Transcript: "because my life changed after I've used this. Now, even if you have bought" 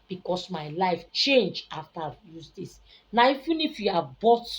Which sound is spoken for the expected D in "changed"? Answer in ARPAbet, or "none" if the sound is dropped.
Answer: none